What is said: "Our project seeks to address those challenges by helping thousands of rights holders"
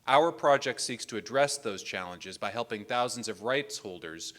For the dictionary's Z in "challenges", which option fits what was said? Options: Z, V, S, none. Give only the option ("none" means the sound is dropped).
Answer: Z